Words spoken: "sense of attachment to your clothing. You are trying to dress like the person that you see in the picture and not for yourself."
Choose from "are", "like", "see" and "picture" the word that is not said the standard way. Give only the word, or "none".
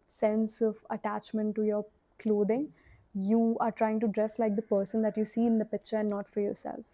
none